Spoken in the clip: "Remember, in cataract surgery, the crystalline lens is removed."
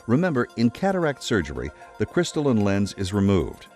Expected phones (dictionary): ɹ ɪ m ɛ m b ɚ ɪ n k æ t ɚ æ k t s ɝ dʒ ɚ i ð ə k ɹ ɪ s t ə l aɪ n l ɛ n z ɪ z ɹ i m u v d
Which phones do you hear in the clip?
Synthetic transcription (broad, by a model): ɹ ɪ m ɛ m b ɚ ɪ n k æ t ɚ æ k t s ɝ dʒ ɚ i ð ə k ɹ ɪ s t l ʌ n l ɛ n z ɪ z ɹ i m u v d